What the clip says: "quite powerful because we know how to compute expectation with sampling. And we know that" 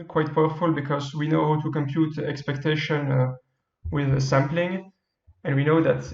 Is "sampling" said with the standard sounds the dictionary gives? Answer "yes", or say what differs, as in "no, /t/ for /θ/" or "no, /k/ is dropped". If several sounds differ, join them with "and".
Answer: yes